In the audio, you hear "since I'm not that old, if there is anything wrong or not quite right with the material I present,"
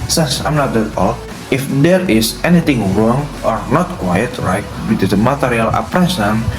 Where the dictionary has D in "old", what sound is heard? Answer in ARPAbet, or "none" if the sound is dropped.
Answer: none